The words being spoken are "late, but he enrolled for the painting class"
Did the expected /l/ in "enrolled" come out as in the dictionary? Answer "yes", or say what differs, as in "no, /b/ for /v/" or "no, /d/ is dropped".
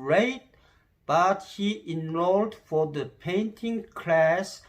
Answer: yes